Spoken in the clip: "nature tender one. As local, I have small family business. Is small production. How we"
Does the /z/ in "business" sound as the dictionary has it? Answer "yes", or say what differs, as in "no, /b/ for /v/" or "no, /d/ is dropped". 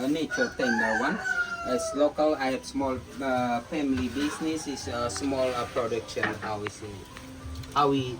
no, /s/ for /z/